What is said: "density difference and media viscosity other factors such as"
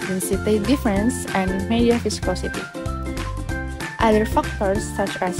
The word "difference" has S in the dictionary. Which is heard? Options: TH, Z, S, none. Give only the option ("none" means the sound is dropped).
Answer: S